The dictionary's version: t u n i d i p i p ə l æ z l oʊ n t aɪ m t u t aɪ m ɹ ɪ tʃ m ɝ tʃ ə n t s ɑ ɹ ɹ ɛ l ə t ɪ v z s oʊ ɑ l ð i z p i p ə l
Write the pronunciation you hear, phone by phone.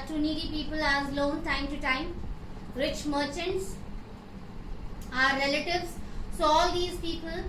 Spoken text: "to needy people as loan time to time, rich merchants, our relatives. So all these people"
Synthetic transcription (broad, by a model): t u n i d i p i p ə l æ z l oʊ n t aɪ m t u t aɪ m ɹ ɪ tʃ m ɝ tʃ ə n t s ɑ ɹ ɹ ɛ l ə t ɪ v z s oʊ ɑ l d i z p i p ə l